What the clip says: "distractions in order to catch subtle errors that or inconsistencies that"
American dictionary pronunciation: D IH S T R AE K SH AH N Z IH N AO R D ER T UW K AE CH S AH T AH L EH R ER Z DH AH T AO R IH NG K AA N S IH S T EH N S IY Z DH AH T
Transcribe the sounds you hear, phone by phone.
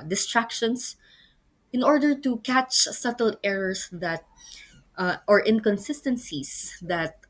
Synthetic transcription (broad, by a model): D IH S T R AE K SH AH N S IH N AO R D ER T UW K AE CH S AH T AH L EH R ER S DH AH T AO R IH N K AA N S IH S T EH N S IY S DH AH T